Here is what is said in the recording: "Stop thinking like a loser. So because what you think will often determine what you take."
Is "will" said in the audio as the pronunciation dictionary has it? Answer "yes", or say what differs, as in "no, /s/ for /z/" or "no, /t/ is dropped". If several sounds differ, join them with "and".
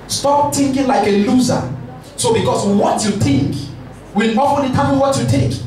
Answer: no, /n/ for /l/